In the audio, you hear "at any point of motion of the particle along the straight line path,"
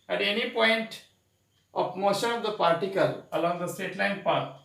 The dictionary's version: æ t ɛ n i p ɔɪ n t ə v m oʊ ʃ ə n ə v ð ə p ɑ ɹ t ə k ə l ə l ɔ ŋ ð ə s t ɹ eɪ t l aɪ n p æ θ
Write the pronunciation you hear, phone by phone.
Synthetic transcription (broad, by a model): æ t ɛ n i p ɔɪ n t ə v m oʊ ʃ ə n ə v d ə p ɑ ɹ t ə k ə l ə l ɔ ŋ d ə s t eɪ t l aɪ n p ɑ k